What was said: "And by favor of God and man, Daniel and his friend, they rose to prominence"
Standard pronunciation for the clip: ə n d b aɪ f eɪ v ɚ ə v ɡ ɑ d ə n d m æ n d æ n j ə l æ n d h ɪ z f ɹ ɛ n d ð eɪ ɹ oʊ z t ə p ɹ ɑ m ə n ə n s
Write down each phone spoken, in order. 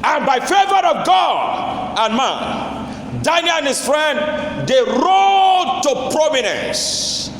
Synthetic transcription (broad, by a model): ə n b aɪ f eɪ v ɚ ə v ɡ ɑ d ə n m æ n d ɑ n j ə n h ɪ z f ɹ ɛ n d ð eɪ ɹ oʊ t ə p ɹ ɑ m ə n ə n s